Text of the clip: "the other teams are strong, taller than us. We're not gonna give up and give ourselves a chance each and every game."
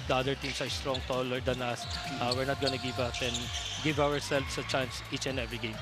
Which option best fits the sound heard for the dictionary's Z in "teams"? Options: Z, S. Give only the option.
S